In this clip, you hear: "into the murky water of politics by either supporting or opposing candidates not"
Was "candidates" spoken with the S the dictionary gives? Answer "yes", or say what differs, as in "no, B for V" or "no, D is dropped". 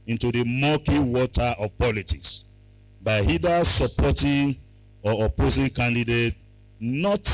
no, S is dropped